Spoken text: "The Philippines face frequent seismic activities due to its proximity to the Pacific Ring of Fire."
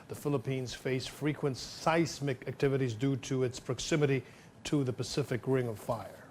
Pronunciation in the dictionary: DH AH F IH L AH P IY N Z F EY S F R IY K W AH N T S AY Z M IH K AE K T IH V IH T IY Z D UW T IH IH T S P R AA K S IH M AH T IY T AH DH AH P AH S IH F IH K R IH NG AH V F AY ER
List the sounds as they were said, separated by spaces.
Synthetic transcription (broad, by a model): DH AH F IH L AH P IY N Z F EY S F R IY K W AH N T S AY S M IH K AE K T IH V IH T IY Z D UW T IH IH T S P R AA K S IH M AH T IY T AH DH AH P AH S IH F IH K R IH NG AH V F AY ER